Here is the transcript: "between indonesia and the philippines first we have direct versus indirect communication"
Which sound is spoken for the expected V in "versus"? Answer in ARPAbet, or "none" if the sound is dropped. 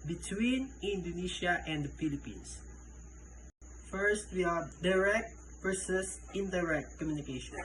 P